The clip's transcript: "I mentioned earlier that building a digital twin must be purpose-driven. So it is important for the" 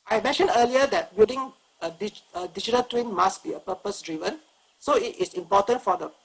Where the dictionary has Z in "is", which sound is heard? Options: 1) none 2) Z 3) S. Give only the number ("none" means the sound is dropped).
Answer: 3